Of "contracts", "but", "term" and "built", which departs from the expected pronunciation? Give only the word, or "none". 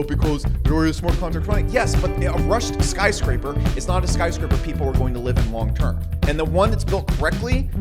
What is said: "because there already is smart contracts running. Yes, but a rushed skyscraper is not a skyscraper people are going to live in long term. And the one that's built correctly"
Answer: contracts